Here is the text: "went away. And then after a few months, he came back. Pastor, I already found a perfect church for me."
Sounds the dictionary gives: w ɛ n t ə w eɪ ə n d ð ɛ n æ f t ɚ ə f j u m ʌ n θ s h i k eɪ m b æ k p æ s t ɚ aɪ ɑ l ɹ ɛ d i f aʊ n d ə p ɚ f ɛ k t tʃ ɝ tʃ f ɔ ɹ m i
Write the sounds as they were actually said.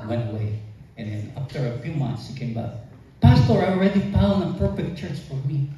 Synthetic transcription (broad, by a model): w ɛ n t ə w eɪ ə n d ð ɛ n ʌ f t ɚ ə f j u m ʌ n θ s h i k eɪ m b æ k p æ s t ɚ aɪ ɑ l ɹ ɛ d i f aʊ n ə p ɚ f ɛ k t tʃ ɝ tʃ f ɔ ɹ m i